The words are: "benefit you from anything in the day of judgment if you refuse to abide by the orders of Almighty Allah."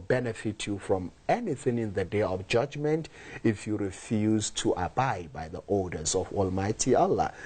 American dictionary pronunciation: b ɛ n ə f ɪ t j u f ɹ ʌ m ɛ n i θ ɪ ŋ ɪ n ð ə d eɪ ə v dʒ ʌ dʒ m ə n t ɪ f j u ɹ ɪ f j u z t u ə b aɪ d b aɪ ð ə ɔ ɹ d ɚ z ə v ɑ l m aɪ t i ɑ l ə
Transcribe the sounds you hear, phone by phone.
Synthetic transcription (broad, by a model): b ɛ n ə f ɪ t j u f ɹ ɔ m ɛ n i θ ɪ ŋ ɪ n ð ə d eɪ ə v dʒ ʌ dʒ m ə n t ɪ f j u ɹ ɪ f j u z t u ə b aɪ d b aɪ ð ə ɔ l d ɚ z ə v ɑ l m aɪ t i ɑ l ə